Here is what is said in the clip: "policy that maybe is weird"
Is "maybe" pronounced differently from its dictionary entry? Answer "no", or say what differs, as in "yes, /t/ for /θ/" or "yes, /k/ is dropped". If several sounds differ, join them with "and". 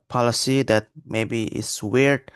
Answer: no